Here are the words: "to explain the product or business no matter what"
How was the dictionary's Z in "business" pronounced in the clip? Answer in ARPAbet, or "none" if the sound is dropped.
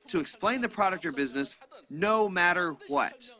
Z